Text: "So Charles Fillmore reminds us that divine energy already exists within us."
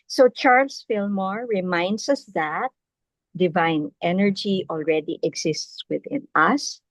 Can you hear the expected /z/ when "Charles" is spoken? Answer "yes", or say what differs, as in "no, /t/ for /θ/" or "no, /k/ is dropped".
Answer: no, /s/ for /z/